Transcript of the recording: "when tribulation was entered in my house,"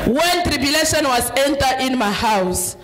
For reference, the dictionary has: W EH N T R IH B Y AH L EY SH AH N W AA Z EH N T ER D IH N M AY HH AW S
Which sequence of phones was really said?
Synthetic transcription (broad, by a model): W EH N T R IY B Y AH L EY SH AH N W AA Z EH N T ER IH N M AY HH AW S